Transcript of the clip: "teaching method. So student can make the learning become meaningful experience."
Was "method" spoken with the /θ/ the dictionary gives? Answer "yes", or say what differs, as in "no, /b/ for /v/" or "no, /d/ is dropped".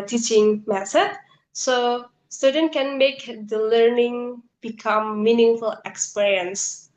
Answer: no, /s/ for /θ/